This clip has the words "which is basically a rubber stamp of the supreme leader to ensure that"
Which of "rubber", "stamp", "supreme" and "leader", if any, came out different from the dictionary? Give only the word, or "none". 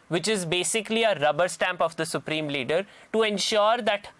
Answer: none